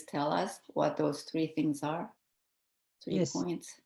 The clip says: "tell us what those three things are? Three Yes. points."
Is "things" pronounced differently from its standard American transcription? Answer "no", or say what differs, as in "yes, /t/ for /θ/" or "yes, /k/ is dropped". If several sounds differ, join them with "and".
no